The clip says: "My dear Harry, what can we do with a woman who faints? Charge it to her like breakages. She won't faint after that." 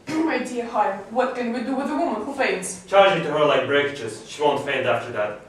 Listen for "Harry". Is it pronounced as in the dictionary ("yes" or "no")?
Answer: no